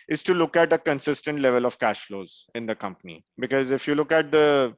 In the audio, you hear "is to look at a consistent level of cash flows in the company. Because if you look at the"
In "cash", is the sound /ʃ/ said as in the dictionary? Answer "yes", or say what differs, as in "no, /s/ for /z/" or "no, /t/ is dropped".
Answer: yes